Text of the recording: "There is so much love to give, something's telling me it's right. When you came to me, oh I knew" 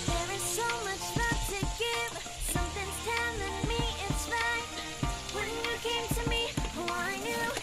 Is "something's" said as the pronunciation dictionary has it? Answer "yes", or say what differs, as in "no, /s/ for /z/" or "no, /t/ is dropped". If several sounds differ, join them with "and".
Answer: no, /z/ is dropped